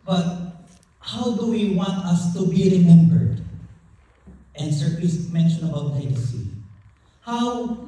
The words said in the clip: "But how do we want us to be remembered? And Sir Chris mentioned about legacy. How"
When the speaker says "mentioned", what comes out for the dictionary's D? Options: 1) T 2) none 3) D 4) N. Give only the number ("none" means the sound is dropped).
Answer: 2